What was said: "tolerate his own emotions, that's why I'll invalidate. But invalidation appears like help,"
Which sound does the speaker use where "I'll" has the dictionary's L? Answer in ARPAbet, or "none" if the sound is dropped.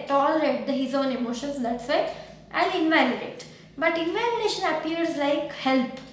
N